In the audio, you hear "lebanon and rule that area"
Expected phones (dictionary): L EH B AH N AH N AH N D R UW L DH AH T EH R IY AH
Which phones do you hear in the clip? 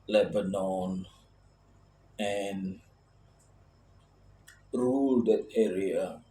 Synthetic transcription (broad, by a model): L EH B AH N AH N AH N R UW L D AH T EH R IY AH